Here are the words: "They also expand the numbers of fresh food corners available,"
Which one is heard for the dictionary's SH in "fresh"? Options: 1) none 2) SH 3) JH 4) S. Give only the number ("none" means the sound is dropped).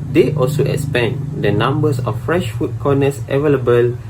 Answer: 2